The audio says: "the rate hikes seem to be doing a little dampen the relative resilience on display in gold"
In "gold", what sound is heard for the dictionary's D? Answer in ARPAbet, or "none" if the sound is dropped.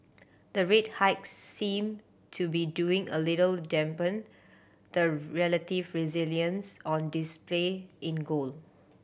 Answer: none